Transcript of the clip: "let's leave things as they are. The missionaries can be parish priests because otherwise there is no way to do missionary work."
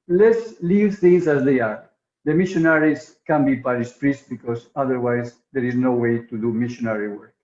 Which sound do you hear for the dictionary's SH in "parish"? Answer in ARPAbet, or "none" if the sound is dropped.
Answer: S